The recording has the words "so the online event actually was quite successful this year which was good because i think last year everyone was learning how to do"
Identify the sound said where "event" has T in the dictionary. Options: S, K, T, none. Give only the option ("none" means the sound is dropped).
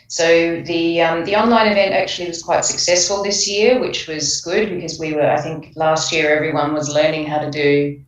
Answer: T